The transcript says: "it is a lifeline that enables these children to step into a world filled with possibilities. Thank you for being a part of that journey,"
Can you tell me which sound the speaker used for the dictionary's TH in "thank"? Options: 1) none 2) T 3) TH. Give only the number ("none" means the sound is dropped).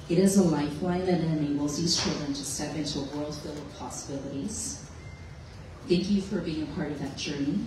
3